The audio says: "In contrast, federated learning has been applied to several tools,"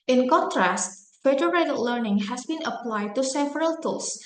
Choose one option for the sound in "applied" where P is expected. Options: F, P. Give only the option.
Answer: P